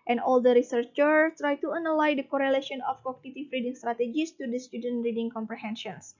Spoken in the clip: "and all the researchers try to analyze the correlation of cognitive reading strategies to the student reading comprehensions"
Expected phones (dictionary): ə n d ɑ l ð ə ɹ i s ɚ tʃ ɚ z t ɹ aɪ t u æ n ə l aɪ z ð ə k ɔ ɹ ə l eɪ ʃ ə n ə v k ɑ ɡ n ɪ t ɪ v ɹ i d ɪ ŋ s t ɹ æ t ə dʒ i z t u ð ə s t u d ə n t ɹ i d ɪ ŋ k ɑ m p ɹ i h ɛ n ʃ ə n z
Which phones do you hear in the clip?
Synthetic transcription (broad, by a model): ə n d ɑ l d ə ɹ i s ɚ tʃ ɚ t ɹ aɪ t u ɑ n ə l aɪ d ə k ɔ ɹ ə l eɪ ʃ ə n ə f k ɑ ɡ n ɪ t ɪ f ɹ i d ɪ ŋ s t ɹ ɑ t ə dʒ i s t u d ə s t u d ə n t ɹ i d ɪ ŋ k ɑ m p ɹ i h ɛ n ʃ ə n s